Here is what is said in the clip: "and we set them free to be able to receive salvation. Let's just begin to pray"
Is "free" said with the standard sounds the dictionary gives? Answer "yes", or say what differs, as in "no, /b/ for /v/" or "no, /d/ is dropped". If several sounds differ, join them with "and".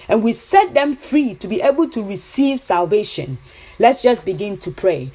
yes